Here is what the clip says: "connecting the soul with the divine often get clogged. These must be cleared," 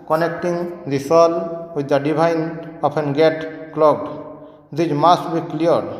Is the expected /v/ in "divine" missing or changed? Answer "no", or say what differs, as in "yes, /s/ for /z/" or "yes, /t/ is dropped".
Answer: yes, /b/ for /v/